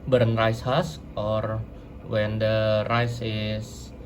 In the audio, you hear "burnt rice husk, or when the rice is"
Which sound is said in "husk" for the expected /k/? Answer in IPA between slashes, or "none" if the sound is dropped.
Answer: none